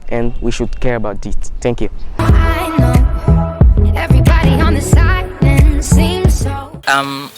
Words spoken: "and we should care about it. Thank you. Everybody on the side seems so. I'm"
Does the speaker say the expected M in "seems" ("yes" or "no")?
yes